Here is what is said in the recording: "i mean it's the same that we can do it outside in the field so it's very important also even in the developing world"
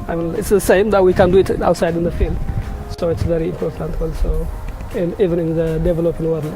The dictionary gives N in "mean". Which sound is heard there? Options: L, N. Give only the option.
L